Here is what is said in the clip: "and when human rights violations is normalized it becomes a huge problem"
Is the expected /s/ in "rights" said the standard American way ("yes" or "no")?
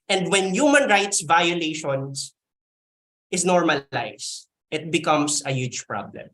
yes